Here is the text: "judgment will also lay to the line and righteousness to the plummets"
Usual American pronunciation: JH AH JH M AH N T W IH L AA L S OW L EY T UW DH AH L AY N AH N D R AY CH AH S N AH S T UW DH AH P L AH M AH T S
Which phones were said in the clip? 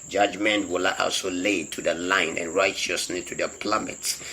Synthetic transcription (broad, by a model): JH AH JH M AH N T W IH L AA L S OW L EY T UW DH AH L AY N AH N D R AY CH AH S L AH T UW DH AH P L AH M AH T S